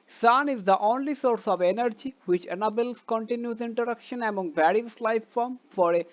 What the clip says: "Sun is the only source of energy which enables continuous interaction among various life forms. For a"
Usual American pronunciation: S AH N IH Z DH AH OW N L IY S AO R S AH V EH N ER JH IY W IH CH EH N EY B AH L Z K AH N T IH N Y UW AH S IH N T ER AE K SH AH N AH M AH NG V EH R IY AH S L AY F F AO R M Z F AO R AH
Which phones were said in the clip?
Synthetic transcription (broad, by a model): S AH N IH Z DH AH OW N L IY S AO R S AH V EH N ER JH IY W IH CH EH N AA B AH L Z K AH N T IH N Y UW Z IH N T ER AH K SH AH N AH M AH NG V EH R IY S L AY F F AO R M F AO R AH